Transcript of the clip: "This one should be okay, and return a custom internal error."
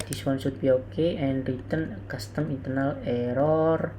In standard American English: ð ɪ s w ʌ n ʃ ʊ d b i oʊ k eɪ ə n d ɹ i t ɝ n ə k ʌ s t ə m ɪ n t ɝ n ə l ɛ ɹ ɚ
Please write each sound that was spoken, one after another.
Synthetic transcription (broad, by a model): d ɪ s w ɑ n s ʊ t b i oʊ k eɪ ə n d ɹ i t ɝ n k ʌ s t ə m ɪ n t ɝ n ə l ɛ ɹ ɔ